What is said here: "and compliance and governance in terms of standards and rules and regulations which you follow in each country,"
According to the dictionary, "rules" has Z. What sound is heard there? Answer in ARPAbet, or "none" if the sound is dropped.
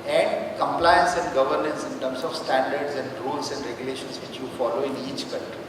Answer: S